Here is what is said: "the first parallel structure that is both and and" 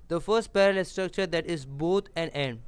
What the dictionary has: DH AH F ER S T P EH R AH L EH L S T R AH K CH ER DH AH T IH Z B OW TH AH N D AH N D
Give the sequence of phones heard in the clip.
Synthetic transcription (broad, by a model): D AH F ER S T P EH R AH L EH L S T R AH K CH ER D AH T IH Z B OW T AH N D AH N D